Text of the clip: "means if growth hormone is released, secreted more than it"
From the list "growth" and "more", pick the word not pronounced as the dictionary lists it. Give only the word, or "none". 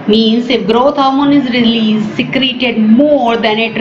growth